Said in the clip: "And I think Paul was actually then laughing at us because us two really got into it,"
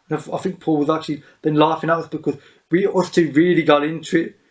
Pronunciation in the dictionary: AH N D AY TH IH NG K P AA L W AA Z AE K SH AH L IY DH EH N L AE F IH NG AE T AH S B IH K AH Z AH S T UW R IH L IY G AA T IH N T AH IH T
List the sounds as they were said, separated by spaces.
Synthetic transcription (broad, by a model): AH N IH AY TH IH NG K P AA L W AA Z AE K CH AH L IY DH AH N L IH F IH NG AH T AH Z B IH K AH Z AH S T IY R IH L IY G AA T IH N T AH IH T